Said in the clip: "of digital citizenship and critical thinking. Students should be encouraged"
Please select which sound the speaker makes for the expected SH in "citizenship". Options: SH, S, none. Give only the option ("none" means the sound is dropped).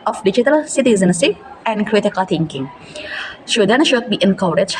S